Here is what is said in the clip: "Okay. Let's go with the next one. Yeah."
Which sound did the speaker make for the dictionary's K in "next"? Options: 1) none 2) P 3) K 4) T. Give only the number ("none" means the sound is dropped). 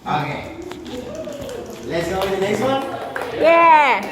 1